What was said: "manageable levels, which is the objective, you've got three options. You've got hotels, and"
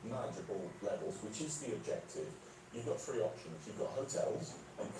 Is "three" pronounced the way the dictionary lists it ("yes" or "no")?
no